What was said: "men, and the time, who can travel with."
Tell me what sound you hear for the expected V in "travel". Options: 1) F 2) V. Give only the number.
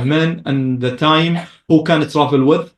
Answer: 1